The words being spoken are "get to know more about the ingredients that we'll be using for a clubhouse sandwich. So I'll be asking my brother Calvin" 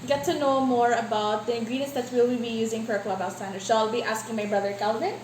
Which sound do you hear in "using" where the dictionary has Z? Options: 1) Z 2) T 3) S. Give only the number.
1